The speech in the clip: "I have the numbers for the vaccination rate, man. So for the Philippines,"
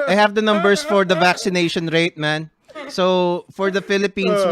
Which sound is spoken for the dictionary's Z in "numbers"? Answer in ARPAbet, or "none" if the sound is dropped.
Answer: S